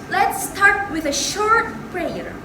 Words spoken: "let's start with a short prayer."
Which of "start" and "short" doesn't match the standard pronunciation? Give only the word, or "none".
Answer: none